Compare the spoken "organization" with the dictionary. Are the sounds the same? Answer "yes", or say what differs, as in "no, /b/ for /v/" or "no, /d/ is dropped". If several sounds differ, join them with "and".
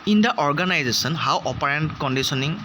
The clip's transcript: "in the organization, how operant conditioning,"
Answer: no, /s/ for /ʃ/